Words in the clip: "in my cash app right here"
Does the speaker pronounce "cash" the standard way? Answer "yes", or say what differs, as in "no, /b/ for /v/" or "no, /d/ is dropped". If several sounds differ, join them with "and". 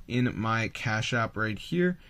yes